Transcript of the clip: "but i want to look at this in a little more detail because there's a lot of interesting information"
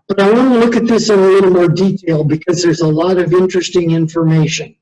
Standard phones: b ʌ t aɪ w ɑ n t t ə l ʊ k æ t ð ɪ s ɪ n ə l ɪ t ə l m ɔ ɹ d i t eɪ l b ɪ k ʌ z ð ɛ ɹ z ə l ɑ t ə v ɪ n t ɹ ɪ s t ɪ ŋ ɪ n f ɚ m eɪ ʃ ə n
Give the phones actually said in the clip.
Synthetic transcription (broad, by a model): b ʌ t aɪ w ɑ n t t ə l ʊ k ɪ t ð ɪ s ɪ n ə l ɪ t l m ɔ ɹ d i t eɪ l b ɪ k ʌ z ð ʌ ɹ z ə l ɑ t ə v ɪ n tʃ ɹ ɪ s t ɪ ŋ ɪ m f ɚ m eɪ ʃ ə n